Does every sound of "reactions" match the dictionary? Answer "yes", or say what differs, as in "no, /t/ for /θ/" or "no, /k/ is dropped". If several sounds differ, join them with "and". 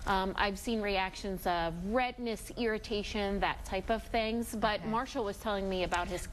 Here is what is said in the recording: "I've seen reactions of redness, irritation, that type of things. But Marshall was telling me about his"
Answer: yes